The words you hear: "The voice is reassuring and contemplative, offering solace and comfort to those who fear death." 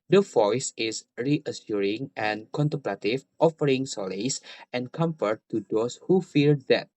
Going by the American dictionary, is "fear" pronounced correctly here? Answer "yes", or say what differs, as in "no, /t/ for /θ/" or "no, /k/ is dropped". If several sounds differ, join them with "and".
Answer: no, /l/ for /ɹ/